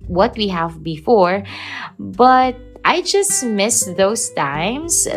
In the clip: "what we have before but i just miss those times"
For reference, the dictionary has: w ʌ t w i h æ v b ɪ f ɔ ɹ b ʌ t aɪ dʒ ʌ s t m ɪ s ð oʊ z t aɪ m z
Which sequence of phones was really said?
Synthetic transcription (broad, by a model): w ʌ t w i h æ v b ɪ f ɔ ɹ b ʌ t aɪ dʒ ʌ s t m ɪ s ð oʊ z t aɪ m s